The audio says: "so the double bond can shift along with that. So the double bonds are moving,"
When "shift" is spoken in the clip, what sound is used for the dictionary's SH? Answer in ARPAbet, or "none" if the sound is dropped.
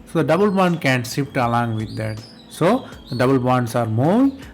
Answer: S